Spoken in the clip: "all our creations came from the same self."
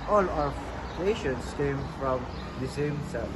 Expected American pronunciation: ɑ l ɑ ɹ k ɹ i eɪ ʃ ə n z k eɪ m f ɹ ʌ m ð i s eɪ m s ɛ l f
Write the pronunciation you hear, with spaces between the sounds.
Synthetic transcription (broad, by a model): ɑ l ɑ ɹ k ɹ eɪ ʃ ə n s k eɪ m f ɹ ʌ m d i s eɪ m s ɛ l